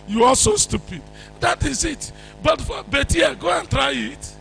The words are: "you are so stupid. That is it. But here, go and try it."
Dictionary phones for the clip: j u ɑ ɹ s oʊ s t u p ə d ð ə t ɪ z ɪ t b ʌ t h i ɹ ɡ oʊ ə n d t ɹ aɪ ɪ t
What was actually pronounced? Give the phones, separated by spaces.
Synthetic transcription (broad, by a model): j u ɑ l s oʊ s t u p ə d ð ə t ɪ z ɪ t b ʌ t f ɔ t ɡ oʊ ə n t ɹ aɪ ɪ t